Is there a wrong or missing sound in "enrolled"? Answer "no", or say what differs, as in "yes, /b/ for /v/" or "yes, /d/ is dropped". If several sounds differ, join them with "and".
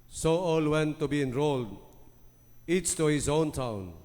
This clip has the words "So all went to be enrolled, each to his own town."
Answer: no